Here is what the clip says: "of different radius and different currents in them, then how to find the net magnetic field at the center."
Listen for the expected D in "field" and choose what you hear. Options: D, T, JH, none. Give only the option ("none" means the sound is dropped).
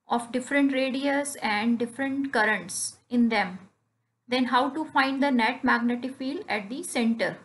none